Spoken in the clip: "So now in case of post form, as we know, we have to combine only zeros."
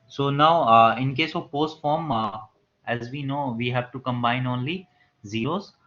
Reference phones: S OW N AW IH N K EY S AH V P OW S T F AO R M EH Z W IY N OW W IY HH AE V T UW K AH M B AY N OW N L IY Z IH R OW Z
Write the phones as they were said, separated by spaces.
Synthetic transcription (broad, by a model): S OW N AW IH N K EY S AH V P OW S T F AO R M EH Z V IY N OW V IY HH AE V T UW K AH M B AY N OW N L IY Z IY R OW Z